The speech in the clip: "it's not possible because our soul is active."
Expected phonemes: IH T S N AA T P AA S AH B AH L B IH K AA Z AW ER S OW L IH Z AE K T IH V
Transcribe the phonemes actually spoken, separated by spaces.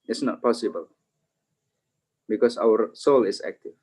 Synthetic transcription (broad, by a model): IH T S N AA T P AA S AH B AH L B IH K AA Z AW ER S OW L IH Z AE K T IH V